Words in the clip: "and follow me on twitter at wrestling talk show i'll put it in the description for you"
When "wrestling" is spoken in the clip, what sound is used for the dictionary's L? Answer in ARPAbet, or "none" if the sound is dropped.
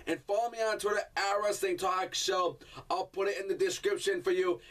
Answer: none